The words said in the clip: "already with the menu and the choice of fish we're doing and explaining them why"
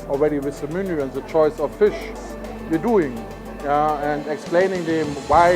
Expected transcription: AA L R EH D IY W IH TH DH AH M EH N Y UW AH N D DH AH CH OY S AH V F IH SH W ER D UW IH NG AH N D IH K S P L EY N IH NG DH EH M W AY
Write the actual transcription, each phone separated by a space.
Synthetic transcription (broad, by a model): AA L R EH D IY W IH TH DH AH M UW N Y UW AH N DH AH CH OY S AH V F IH SH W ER D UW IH NG AH N D IH K S P L EY N IH NG DH EH M W AY